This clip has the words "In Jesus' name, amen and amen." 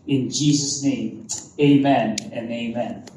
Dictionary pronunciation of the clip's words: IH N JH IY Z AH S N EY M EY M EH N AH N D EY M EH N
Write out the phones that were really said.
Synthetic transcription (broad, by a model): IH N JH IY Z AH S N EY M EY M EH N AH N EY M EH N